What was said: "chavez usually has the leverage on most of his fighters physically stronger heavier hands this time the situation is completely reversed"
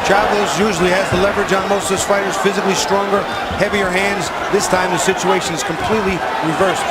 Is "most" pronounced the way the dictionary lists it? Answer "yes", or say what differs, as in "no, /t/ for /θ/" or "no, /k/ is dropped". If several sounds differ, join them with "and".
no, /s/ is dropped